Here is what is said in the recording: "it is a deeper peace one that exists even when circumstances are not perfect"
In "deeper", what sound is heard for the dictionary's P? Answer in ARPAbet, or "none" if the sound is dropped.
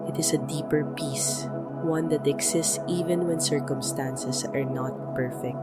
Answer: P